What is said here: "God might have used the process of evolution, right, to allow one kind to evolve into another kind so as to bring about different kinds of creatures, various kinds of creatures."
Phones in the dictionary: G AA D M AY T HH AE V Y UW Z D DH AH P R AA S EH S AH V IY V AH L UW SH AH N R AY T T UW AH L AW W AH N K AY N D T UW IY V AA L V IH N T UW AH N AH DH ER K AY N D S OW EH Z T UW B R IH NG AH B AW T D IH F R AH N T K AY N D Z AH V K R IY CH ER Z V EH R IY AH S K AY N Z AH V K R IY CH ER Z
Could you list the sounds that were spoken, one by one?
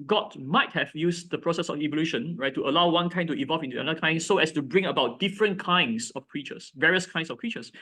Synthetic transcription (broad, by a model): G AA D M AY T HH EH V Y UW S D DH AH P R AA S EH S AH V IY V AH L UW SH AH N R AY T T UW AH L AW W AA N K AY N T UW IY V AA L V IH N T UW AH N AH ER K AY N S OW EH S T UW B R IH NG AH B AW T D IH F R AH N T K AY N D S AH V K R IY CH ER S V EH R IY AH S K AY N S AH F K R IY CH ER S